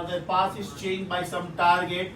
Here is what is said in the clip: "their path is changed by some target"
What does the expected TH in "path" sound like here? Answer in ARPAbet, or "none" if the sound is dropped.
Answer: S